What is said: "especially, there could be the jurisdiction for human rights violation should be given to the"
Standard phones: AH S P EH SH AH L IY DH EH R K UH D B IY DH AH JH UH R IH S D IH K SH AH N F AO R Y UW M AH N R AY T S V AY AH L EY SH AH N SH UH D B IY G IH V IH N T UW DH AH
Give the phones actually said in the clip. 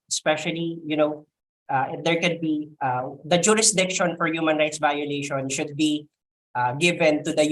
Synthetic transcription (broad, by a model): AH S P EH SH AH L IY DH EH R K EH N B IY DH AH JH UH R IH S D IH K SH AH N F AO R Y UW M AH N R AY T S V AY AH L EY SH AH N SH UH D B IY G IH V IH N T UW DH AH